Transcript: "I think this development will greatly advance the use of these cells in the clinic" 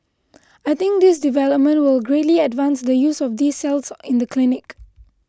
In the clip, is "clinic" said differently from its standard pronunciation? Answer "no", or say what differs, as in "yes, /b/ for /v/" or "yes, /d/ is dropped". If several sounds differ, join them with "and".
no